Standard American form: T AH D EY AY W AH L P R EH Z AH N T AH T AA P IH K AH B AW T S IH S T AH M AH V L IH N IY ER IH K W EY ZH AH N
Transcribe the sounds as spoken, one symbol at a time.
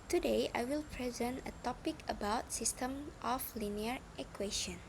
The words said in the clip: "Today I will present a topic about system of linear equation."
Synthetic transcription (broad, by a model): T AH D EY AY W AH L P R EH Z AH N T AH T AA P IH K AH B AW T S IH S T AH M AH F L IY N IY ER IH K W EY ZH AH N